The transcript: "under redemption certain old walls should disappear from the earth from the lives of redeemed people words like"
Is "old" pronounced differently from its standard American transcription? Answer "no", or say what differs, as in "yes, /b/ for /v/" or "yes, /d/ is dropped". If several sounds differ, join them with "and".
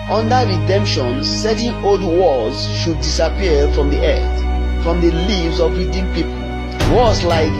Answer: no